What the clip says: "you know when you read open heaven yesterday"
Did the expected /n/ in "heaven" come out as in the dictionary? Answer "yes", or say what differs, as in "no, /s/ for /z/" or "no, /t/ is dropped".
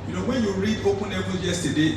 no, /l/ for /n/